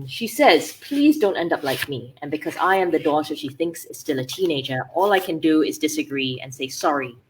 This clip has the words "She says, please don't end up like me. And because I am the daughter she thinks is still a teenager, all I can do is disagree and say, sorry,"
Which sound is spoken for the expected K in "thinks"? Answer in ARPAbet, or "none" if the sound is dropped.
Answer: K